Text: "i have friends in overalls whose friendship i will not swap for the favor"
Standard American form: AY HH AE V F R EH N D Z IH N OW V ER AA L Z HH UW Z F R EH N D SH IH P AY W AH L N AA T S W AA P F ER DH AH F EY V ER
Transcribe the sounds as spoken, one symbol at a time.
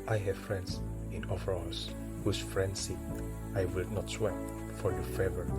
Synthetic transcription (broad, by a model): AY HH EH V F R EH N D S IH N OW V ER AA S HH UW S F R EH N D S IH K AY W AH L N AA T S W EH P F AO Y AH F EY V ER